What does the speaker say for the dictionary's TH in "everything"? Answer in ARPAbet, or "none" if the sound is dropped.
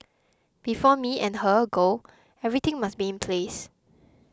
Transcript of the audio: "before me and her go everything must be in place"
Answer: T